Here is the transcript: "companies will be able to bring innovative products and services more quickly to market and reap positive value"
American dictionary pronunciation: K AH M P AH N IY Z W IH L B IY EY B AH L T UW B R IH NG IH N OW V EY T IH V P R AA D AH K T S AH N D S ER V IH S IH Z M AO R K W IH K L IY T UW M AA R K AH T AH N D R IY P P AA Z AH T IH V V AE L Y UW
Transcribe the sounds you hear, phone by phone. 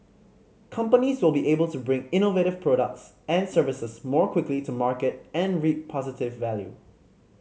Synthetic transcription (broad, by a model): K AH M P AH N IY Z W IH L B IY EY B AH L T UW B R IH NG IH N OW V EY T IH V P R AA D AH K T S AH N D S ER V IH S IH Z M AO R K W IH K L IY T UW M AA R K AH T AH N R IY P P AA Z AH T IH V V AE L Y UW